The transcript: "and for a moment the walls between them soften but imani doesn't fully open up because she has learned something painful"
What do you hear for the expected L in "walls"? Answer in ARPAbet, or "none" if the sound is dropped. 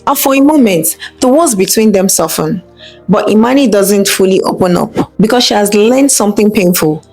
none